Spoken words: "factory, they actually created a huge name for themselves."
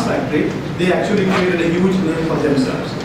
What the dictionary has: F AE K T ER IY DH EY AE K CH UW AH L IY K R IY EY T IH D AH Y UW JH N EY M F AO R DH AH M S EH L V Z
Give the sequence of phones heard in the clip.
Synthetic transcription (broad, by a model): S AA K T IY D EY AE K CH UW AH L IY K R IY EY T IH D AH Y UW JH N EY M F AO R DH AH M S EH L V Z